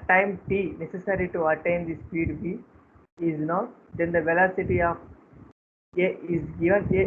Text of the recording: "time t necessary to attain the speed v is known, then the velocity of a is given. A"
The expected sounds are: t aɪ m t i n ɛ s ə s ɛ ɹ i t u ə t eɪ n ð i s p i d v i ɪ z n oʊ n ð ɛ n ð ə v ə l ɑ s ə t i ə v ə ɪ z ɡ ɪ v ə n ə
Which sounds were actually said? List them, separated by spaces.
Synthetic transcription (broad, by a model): t aɪ m t i n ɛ s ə s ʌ ɹ i t u ə t eɪ n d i s p i d b i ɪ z n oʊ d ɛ n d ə v ə l ɑ s ə t i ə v ə ɪ z ɡ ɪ v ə n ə